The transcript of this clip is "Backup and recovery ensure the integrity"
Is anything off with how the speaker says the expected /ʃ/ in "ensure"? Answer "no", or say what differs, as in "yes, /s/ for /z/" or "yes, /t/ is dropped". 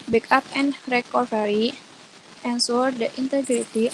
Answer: yes, /s/ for /ʃ/